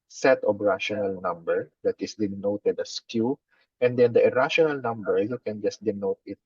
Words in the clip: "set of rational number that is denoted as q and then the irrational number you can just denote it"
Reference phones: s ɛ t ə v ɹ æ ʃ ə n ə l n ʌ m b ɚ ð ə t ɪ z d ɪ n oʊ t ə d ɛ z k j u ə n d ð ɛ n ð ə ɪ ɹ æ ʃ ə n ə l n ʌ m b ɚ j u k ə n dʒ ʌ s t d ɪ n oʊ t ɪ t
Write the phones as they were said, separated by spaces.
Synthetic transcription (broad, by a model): s ɛ t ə b ɹ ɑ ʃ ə n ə l n ʌ m b ɚ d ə t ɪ s d ɪ n oʊ t ə d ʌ s k j u ə n d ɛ n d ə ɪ ɹ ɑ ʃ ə n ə l n ʌ m b ɚ j u k ə n dʒ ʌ s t d ɪ n oʊ t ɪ t